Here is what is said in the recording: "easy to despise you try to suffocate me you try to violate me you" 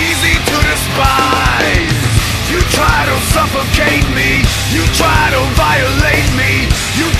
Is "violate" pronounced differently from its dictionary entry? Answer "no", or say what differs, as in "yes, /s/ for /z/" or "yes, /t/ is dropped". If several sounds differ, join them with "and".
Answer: no